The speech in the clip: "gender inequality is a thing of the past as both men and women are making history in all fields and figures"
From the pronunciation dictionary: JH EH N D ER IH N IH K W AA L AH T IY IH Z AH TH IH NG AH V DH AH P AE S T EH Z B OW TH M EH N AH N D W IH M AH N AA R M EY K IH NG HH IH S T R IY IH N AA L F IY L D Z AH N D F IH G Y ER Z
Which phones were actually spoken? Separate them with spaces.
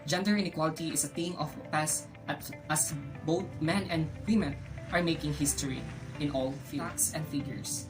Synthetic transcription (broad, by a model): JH EH N D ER IH N IH K W AA L AH T IY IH S AH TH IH NG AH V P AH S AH T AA S B OW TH M EH N AH N D W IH M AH N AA R M EY K IH NG HH IH S T R IY IH N AA L F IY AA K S AH N D F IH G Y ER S